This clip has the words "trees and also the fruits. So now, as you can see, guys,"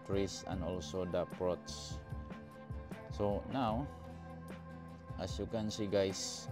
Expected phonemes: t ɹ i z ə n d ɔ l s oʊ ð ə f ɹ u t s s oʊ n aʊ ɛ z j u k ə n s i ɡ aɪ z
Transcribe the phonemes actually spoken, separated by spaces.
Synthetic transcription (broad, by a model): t ɹ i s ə n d ɔ l s oʊ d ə p ɹ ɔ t s s oʊ n aʊ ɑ s j u k ə n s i ɡ aɪ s